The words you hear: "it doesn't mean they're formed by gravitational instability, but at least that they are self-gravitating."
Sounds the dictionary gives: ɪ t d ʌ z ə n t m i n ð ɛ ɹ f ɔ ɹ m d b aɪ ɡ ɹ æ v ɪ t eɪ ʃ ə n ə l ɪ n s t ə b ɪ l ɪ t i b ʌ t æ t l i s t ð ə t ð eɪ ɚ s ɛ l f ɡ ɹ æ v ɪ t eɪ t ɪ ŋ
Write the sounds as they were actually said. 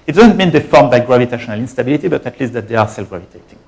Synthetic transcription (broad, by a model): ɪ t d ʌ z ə n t m i n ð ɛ f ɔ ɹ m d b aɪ ɡ ɹ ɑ v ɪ t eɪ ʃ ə n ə l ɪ n s t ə b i l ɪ t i b ʌ t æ t l i s t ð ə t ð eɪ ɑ s ɛ l f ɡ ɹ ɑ v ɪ t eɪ t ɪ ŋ